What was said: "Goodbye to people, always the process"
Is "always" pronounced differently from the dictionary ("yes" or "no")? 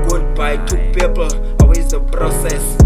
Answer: yes